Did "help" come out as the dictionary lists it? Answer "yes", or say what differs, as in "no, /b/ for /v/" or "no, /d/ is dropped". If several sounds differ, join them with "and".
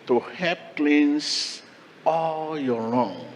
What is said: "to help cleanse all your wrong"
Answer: no, /l/ is dropped